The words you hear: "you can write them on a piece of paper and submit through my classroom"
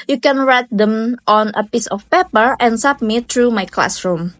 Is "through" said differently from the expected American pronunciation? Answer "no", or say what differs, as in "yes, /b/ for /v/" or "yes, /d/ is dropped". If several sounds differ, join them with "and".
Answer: yes, /t/ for /θ/